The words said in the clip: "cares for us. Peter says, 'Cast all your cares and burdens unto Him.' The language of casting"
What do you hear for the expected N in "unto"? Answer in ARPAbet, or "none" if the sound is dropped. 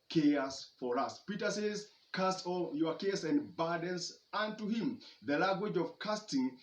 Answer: N